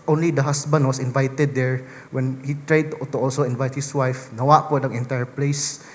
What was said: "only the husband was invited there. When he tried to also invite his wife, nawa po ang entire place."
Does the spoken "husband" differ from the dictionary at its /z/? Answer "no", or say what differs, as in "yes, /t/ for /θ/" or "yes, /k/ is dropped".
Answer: yes, /s/ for /z/